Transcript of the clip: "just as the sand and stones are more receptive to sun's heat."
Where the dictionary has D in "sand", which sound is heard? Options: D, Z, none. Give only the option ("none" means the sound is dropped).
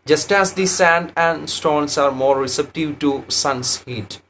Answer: D